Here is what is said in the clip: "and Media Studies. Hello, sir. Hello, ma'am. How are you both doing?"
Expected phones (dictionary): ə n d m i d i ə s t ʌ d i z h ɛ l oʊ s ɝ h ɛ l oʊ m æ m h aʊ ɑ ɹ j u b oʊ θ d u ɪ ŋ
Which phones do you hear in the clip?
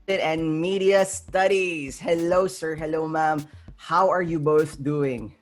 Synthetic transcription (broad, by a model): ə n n m i d i ə s t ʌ d i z h ɛ l oʊ s ɝ h ɛ l oʊ m æ m h aʊ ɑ ɹ j u b oʊ θ d u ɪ ŋ